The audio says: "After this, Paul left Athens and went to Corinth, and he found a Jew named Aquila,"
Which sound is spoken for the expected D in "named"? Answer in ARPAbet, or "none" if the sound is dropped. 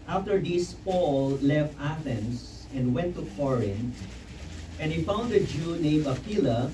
none